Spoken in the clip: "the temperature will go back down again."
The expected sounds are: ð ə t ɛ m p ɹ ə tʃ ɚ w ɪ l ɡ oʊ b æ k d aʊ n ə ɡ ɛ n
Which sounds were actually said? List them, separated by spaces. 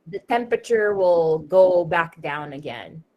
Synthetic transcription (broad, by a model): ð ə t ɛ m p ɹ ə tʃ ɚ w ɪ l ɡ oʊ b æ k d aʊ n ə ɡ ɛ n